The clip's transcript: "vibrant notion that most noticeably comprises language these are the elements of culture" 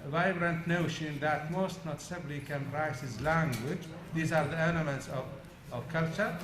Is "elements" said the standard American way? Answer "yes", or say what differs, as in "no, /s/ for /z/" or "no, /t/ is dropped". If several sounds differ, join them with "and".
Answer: no, /n/ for /l/